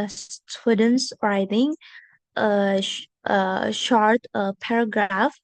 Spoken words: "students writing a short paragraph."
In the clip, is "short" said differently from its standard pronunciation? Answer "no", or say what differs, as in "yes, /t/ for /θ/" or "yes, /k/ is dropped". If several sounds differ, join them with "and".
no